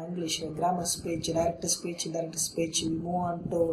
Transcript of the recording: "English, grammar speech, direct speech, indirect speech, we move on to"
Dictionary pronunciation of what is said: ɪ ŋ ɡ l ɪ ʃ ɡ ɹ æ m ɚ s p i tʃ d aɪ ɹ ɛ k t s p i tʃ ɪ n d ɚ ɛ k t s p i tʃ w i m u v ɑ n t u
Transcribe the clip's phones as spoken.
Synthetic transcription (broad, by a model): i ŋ ɡ l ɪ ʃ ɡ ɹ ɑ m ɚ s p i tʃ d aɪ ɹ ɛ k t s p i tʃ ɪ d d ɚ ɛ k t s p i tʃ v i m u ɑ n t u